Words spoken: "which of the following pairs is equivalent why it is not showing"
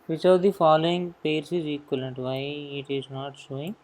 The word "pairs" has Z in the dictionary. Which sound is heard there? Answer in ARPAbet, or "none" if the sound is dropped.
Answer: S